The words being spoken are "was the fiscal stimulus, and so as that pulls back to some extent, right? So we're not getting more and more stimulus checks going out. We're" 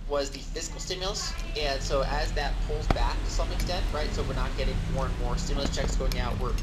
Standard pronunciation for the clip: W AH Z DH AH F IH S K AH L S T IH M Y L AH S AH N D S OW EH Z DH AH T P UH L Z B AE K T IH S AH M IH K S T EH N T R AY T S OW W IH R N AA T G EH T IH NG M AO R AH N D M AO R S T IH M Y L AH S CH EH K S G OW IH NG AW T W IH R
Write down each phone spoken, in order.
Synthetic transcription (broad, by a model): W AH Z DH AH F IH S K L S T IH M Y L AH S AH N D S OW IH Z DH AH T P UH L Z B AE K T IH S AH M IH K S T EH N T R AY T S OW W IH R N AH T G EH T IH NG M AO R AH N M AO R S T IH M Y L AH S CH EH K S G OW IH NG AW T W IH R